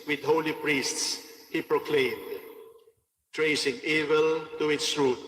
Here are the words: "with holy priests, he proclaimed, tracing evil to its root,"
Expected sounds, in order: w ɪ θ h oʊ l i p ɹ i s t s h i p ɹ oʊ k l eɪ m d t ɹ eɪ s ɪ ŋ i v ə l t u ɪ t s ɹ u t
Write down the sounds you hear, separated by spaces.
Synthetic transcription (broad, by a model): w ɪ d h oʊ l i p ɹ i s t s h i p ɹ oʊ k l eɪ m d t ɹ eɪ s ɪ ŋ i v ə l t u ɪ t s ɹ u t